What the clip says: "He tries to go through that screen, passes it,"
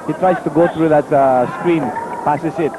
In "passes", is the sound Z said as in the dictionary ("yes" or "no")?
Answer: no